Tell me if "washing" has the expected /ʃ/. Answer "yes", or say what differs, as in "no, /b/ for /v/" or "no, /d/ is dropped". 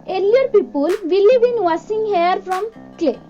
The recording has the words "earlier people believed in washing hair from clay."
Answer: no, /s/ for /ʃ/